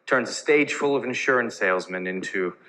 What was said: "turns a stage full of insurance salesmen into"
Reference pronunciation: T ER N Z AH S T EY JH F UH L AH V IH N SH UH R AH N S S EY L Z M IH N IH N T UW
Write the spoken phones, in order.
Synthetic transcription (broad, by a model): T ER N Z AH S T EY JH F UH L AH V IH N SH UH R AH N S S EY L Z M IH N IH N T UW